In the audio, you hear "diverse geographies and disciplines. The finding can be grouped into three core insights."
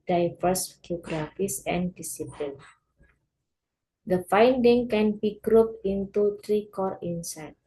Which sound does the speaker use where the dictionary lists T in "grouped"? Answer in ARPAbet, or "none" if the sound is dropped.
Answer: none